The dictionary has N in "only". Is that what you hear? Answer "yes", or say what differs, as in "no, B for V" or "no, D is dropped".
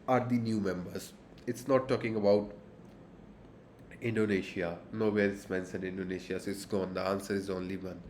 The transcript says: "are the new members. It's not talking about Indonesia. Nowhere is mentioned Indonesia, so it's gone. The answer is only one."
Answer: yes